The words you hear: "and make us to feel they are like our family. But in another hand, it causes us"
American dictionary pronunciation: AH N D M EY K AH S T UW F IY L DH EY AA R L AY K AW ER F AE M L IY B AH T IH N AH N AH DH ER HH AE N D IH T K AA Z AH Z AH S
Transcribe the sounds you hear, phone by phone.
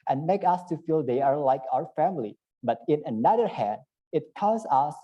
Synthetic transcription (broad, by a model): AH N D M EY K AH S T UW F IY L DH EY AA R L AY K AW ER F AE M L IY B AH T IH N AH N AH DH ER HH AE N D IH T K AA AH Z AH S